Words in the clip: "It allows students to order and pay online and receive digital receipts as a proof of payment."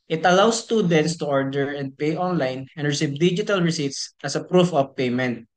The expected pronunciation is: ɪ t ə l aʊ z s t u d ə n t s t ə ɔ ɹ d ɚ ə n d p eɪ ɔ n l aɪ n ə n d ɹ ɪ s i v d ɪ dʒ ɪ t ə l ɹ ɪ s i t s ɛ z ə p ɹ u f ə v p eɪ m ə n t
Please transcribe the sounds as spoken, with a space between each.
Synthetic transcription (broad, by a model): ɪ t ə l aʊ s t u d ə n t s t ə ɔ ɹ d ɚ ə n d p eɪ ɔ n l aɪ n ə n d ɹ ɪ s i v d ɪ dʒ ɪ t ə l ɹ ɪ s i t s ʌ s ə p ɹ u f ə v p eɪ m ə n t